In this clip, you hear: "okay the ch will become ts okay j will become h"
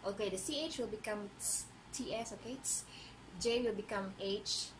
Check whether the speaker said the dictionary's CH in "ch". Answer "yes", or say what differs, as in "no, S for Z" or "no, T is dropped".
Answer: yes